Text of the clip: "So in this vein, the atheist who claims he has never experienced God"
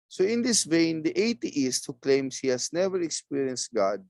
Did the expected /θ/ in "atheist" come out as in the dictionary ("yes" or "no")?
no